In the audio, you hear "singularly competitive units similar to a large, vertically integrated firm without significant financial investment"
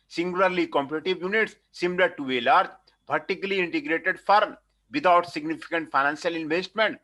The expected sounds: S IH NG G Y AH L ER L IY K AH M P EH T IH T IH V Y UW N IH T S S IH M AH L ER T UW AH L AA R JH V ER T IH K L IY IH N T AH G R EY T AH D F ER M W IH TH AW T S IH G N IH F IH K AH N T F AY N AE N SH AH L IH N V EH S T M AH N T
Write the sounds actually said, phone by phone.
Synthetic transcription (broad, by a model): S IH NG G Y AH L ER L IY K AH M P EH T IH T IH V Y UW N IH T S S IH M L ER T UW AH L AA R JH P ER T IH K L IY IH N T AH G R EY T AH D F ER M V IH T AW T S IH G N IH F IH K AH N T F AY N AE N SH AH L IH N V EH S T M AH N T